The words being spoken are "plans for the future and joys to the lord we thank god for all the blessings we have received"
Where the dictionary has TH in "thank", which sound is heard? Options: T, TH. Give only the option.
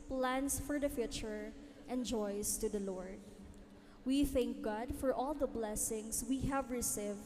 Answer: TH